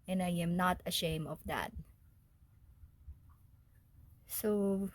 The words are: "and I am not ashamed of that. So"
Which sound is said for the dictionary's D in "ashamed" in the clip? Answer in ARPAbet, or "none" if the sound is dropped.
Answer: none